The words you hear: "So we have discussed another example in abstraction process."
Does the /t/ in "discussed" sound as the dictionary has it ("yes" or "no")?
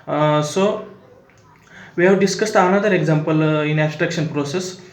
yes